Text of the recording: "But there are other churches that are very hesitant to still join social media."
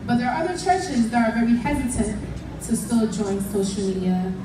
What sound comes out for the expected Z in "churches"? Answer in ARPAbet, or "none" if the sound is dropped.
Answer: Z